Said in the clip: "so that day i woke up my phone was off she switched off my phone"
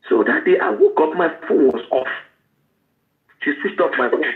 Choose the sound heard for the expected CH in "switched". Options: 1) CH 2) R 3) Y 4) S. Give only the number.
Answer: 4